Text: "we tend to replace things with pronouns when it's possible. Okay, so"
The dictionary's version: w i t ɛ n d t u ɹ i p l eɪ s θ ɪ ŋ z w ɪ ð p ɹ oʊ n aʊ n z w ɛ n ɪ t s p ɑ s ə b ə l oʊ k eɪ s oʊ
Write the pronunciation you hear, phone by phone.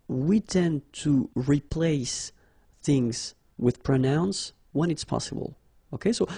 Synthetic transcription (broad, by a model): w i t ɛ n t u ɹ i p l eɪ s θ ɪ ŋ z w ɪ ð p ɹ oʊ n aʊ n s w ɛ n ɪ t s p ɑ s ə b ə l oʊ k eɪ s oʊ